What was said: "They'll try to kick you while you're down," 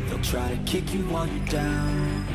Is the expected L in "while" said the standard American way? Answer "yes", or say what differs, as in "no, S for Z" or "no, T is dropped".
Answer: no, N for L